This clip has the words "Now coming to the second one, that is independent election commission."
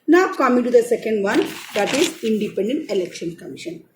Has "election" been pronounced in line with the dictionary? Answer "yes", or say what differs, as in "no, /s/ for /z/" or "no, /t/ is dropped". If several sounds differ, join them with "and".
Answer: yes